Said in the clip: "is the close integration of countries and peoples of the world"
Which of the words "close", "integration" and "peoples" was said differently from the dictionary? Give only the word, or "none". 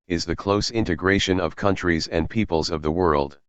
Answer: none